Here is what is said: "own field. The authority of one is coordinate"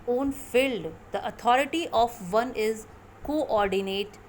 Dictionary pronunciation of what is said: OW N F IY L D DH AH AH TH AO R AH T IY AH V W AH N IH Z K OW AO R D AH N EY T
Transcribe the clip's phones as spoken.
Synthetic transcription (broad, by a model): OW N F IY L D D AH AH T AO R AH T IY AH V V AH N IH Z K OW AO R D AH N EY T